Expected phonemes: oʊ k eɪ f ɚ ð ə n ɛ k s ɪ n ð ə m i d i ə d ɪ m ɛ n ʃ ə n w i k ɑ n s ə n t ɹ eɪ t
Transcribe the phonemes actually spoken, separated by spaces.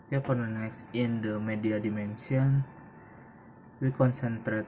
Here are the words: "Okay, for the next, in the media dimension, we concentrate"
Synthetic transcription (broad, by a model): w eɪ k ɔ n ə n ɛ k s ɪ n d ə m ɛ d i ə d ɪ m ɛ n s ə n w i k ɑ n s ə n t ɹ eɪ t